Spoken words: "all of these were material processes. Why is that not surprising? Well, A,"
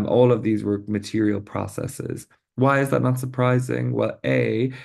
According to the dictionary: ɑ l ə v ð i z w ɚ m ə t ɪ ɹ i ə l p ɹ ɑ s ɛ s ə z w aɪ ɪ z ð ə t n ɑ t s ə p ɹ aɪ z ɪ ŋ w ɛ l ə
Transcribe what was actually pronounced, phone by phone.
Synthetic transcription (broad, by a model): ɑ l ə v ð i z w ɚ m ə t ɪ ɹ i ə l p ɹ ɑ s ɛ s ə z w aɪ ɪ z ð ə t n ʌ t s ə p ɹ aɪ z ɪ ŋ w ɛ l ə